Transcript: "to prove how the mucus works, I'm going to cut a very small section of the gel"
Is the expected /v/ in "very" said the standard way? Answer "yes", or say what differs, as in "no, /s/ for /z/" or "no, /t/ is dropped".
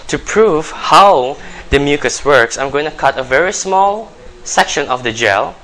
yes